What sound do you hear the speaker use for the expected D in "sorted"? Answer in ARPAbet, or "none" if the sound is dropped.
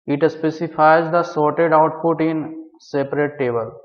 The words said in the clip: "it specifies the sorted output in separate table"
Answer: D